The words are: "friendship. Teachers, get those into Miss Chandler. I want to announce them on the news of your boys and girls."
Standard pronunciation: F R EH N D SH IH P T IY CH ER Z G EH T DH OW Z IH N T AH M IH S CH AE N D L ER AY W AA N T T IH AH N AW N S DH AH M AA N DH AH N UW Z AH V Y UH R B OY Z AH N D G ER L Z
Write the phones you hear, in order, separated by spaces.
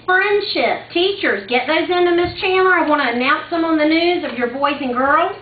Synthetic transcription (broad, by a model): F R EH N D SH IH P T IY CH ER Z G EH T DH OW Z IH N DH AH M IH S CH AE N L ER AY W AA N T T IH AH N AW N S DH AH M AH N DH AH N UW Z AH V Y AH R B OY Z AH N G ER L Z